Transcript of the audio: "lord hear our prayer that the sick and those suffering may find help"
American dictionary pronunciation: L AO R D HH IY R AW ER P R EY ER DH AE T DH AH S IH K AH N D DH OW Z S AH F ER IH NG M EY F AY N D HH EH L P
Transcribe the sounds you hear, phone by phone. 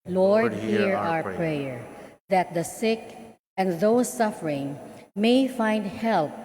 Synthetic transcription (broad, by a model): L AO R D HH IY R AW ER P R EY ER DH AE T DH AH S IH K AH N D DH OW S AH F ER IH NG M EY F AY N D HH EH L P